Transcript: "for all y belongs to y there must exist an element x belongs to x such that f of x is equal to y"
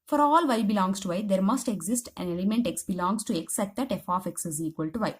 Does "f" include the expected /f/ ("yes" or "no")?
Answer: yes